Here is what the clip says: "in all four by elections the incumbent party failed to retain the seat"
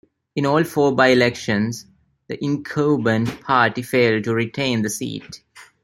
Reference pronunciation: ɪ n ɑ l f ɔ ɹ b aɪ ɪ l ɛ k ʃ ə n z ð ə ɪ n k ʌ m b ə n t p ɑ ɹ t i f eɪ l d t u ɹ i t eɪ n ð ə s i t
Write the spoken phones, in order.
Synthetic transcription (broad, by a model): ɪ n ɑ l f ɔ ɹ b aɪ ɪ l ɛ k ʃ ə n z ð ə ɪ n k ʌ b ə n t p ɑ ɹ t i f eɪ l d t u ɹ i t eɪ n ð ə s i t